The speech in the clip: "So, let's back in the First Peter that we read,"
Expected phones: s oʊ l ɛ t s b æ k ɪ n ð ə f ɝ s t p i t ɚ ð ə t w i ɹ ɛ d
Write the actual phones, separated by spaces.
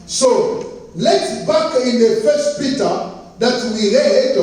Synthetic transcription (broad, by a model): s oʊ l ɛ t b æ k ɪ n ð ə f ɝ s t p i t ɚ ð ə t w i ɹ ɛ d